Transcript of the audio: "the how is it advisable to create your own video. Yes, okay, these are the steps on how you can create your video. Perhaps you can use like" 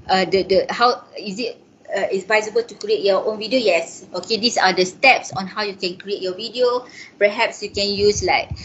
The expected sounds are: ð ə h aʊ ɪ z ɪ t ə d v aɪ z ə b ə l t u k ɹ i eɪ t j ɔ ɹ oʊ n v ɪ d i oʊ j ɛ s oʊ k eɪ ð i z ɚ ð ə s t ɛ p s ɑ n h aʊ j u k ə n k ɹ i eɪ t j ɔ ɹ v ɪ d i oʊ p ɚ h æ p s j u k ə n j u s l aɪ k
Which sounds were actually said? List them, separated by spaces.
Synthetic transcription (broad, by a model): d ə h aʊ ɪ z ɪ t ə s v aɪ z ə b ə l t u k ɹ i eɪ t j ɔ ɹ oʊ n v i d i oʊ j ɛ s oʊ k eɪ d i s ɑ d ə s t ɛ p s ɑ n h aʊ j u k ə n k ɹ i eɪ t j ɔ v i d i oʊ p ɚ h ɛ p s j u k ə n j u s l aɪ k